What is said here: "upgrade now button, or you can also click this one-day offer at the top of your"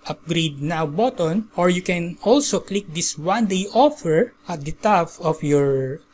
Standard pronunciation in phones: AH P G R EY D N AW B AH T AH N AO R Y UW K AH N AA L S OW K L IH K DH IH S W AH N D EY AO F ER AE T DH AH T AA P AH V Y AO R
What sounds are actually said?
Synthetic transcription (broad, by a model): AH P G R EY D N AW B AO T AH N AO R Y UW K AH N AA L S OW K L IH K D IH S W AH N D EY AO F ER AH T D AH T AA F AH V Y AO R